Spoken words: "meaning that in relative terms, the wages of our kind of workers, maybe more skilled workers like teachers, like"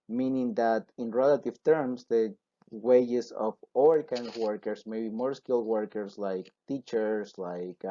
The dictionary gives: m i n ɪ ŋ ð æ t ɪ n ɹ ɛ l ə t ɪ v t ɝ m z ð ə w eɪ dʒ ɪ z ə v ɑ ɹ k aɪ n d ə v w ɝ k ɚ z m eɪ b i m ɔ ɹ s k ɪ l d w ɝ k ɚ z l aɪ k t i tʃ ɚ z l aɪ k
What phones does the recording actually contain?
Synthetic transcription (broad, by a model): m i n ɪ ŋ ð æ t ɪ n ɹ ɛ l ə t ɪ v t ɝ m s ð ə w eɪ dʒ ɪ s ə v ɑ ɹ k aɪ n d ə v w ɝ k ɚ s m eɪ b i m ɔ ɹ s k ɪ l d w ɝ k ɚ s l aɪ k t i tʃ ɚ s l aɪ k